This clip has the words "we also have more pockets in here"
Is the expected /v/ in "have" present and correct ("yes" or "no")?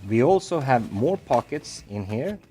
yes